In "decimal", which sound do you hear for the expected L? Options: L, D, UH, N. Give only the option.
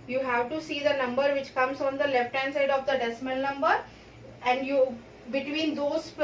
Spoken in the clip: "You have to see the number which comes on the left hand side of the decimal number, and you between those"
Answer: N